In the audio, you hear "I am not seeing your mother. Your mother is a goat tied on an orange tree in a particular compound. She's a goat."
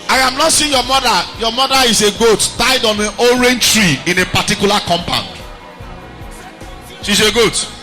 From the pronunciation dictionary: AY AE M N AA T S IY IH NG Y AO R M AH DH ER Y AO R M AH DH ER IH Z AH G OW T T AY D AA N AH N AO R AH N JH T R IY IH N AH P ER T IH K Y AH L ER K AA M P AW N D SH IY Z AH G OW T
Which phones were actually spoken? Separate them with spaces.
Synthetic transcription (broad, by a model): AY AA M N AA T S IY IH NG Y AO M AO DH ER Y AO M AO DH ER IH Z AH G OW T T AY D AA N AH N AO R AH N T R IY IH N AH P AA T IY K Y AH L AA K AA M P AW N D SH IY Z AH G OW T